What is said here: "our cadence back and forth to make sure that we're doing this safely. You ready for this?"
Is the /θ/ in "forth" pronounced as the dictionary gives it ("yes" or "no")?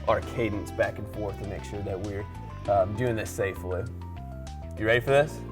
yes